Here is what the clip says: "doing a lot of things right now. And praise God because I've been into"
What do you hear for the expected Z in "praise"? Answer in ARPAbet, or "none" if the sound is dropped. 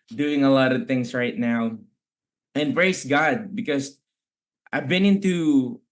S